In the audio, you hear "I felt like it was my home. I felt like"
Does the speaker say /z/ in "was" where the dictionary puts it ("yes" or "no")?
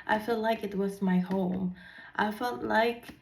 yes